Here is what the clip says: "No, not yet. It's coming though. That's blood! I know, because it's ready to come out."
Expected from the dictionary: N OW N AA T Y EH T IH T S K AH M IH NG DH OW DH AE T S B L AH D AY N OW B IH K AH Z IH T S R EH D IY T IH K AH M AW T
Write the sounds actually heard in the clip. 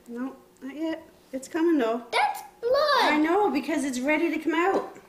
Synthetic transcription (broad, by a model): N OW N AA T Y EH T IH T S K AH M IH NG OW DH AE T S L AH AY N OW B IH K AH Z IH T S R EH D IY T IH K AH M AW T